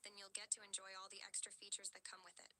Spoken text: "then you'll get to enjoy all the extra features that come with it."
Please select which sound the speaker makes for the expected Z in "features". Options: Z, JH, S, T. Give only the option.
Z